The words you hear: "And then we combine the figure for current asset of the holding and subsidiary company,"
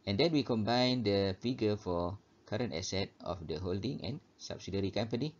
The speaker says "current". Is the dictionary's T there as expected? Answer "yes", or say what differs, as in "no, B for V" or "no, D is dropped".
yes